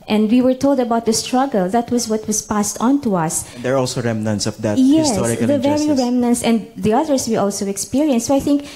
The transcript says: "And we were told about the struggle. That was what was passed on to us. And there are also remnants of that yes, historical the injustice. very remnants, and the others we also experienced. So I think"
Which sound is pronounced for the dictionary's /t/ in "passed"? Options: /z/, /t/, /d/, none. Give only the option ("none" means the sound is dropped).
/t/